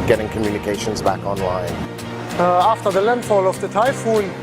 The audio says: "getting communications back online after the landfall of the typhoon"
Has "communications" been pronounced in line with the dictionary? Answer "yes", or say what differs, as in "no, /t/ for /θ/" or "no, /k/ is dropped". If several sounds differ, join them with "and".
yes